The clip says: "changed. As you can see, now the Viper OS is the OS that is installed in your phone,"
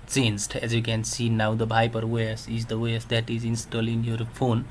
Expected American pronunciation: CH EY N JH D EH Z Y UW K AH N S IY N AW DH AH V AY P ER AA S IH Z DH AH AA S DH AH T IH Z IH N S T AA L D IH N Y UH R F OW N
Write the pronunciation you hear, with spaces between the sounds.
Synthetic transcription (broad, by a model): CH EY N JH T EH Z Y UW K AH N S IY N AW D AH B AY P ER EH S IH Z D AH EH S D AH T IH Z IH N S T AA L IH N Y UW R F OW N